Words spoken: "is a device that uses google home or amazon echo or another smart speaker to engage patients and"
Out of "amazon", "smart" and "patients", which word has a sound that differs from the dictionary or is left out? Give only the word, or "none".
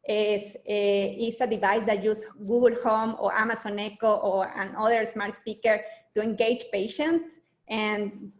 amazon